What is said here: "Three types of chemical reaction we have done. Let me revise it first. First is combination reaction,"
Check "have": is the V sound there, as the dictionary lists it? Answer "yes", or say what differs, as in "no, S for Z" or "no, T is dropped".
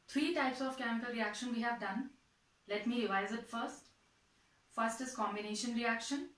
yes